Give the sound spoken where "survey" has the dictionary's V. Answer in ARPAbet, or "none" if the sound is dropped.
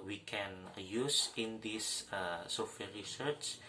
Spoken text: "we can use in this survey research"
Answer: F